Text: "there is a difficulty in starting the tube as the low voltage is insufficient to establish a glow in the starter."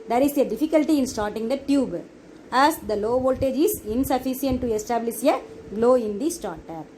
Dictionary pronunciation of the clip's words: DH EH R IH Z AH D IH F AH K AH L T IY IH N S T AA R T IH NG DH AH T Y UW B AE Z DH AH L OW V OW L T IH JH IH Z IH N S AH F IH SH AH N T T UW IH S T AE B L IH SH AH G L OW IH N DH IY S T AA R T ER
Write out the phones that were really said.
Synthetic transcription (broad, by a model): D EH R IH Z AH D IH F AH K AH L T IY IH N S T AA R T IH NG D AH T Y UW B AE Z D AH L OW V OW L T IH JH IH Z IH N S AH F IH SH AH N T T UW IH S T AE B L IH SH AH G L OW IH N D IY S T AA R T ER